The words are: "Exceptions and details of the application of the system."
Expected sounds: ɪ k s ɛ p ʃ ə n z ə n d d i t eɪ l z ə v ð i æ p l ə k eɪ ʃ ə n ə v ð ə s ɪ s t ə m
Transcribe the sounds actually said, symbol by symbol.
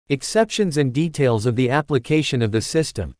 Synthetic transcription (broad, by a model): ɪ k s ɛ p ʃ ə n z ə n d d i t eɪ l z ə v ð i æ p l ə k eɪ ʃ ə n ə v ð ə s ɪ s t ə m